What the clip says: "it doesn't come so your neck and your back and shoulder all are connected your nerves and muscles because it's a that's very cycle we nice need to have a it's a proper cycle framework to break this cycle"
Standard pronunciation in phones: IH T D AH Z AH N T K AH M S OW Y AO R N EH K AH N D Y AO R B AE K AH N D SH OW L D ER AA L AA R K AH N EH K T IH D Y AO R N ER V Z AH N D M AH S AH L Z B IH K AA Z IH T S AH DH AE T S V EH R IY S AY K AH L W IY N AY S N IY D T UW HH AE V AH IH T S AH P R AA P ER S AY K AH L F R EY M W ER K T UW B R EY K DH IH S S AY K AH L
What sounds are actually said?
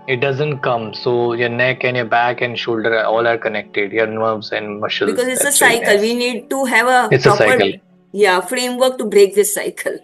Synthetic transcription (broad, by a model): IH T D AH Z AH N T K AH M S OW Y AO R N EH K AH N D Y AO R B AE K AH N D SH OW L D ER AA L AA R K AH N EH K T IH D Y AO R N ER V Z AH N D M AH SH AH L B IH K AA Z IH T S AH S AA IY K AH L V IY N N IY D T UW HH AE V AH IH T S AH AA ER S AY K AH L F R EY M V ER K T UW B R EY K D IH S S AY K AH L